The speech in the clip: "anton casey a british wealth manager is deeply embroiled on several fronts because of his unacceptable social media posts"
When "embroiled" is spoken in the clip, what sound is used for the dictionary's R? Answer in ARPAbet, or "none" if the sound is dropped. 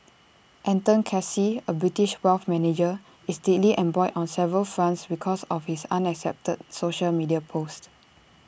none